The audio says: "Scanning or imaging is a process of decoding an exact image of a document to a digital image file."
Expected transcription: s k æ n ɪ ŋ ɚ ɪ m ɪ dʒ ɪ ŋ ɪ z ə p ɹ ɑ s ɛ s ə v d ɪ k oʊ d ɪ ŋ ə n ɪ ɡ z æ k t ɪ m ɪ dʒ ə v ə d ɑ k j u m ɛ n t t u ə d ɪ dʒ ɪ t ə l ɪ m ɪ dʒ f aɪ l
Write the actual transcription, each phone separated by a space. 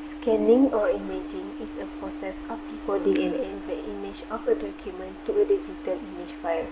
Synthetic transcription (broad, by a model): s k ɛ n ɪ ŋ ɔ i m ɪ dʒ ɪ ŋ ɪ s ə p ɹ ɑ s ɛ s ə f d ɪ k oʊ d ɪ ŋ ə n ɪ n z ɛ t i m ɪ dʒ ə f ə d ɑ k j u m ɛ n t t u ə d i dʒ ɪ t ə l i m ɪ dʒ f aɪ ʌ